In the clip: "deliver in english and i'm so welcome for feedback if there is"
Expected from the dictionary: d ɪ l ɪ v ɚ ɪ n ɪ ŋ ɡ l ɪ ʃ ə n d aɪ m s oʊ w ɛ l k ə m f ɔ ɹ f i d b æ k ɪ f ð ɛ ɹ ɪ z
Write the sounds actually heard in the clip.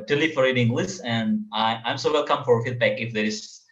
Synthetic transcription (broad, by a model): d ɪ l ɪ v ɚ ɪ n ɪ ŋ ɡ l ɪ s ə n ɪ aɪ m s oʊ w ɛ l k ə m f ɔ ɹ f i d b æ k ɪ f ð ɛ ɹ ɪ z